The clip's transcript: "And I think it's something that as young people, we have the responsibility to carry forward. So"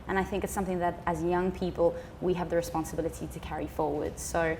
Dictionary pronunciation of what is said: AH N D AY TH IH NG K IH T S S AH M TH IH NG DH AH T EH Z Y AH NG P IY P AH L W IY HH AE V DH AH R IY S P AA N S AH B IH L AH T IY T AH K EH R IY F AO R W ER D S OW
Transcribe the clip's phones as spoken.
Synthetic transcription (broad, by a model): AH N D AY TH IH NG K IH T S S AH M TH IH NG DH AH T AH Z Y AH NG P IY P AH L W IY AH V DH AH R IY S P AA N S AH B IH L AH T IY T AH K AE R IY F AO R W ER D S OW